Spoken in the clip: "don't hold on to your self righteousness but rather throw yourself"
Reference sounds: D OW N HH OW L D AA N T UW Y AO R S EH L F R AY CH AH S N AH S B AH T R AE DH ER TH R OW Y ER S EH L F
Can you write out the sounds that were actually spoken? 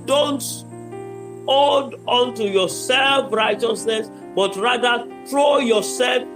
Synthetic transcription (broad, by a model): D OW N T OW D AA N T UW Y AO S EH L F R AY CH AH S N AH S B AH T R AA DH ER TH R OW Y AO S EH L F